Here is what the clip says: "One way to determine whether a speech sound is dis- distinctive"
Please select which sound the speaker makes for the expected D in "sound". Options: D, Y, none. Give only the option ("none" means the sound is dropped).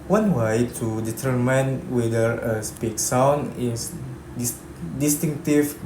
none